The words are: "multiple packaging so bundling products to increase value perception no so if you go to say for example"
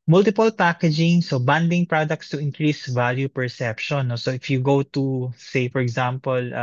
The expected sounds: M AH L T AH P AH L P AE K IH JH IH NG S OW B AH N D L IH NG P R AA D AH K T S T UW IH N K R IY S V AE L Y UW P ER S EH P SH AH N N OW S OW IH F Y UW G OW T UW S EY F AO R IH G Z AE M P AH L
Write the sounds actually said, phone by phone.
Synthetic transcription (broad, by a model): M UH L T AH P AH L P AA K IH JH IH NG S OW B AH N D IH NG P R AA D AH K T S T UW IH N K R IY S V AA L Y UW P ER S EH P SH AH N N OW S OW IH F Y UW G OW T UW S EY F AO R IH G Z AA M P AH L